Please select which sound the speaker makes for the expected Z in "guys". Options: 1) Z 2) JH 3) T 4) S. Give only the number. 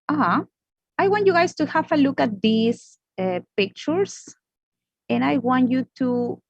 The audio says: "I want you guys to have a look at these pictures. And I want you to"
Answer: 4